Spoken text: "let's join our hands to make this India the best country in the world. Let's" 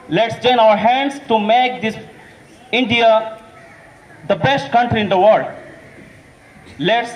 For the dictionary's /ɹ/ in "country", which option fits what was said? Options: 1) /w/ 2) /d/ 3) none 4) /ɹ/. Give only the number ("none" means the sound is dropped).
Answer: 4